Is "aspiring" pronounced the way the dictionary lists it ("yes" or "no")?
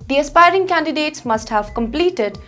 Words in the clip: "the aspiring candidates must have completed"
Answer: yes